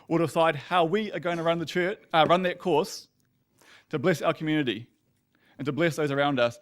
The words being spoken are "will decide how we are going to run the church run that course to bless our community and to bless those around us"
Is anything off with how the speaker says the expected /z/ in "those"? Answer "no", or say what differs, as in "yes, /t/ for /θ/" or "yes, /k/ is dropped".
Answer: no